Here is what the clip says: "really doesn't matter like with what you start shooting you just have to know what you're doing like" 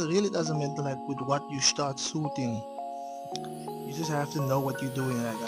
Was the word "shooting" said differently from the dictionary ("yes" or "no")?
yes